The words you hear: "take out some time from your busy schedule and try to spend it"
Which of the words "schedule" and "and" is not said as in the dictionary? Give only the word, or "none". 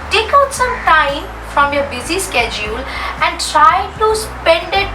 none